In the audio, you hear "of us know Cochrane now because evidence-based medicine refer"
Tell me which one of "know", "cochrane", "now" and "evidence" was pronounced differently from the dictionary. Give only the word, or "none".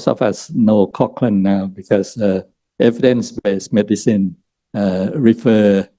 cochrane